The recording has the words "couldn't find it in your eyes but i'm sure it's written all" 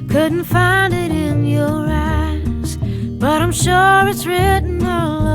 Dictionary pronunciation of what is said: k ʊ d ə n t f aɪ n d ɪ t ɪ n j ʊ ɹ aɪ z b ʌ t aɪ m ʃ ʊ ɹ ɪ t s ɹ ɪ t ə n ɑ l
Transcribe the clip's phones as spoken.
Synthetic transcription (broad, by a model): k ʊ d n t f aɪ n d ɪ t ɪ n j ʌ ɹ aɪ z b ʌ t aɪ m ʃ ʊ ɹ ɪ t s ɹ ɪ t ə n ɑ l